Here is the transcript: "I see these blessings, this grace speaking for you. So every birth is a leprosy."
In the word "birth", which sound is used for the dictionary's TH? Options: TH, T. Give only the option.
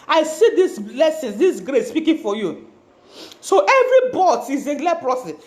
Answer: T